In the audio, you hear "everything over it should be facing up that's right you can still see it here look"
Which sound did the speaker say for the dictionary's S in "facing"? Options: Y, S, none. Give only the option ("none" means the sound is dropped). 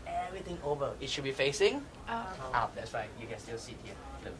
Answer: S